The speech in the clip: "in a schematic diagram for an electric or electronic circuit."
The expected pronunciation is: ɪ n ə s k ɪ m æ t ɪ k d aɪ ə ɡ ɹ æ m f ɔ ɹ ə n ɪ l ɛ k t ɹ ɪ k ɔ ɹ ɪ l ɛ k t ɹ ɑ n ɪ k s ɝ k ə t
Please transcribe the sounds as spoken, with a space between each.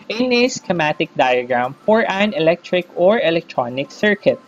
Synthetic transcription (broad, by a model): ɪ n ə s k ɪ m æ t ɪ k d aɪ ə ɡ ɹ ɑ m f ɔ ɹ ə n ɪ l ɛ k t ɹ ɪ k ɔ ɹ ɪ l ɛ k t ɹ ɑ n ɪ k s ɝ k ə t